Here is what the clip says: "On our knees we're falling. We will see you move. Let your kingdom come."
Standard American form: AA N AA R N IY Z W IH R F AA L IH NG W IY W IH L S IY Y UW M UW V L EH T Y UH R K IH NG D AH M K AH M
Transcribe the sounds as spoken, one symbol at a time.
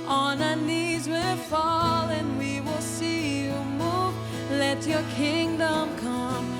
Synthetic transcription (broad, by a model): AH N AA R N IY Z W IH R F AA L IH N W IY W IH L S IY Y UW M UW V L EH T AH R K IH NG D AH M K AH M